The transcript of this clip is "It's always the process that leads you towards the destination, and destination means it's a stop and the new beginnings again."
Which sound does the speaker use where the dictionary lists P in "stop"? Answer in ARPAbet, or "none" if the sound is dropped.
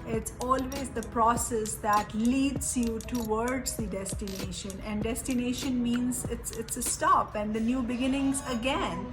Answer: P